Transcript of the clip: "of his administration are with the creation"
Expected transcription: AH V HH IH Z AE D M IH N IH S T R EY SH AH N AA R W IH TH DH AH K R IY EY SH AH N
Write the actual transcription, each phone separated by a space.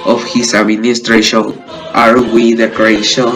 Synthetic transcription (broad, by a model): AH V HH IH S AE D M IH N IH S T R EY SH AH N AA R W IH DH AH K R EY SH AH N